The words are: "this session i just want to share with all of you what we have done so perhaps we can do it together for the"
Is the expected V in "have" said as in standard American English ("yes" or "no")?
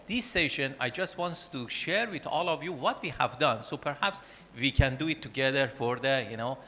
yes